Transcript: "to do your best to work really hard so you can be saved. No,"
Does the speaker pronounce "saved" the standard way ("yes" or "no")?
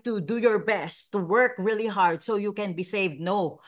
yes